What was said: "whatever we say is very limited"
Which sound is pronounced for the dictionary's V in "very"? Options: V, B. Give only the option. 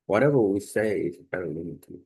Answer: B